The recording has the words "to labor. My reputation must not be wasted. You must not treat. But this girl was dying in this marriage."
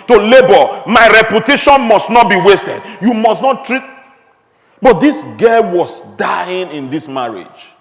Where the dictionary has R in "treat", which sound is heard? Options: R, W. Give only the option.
R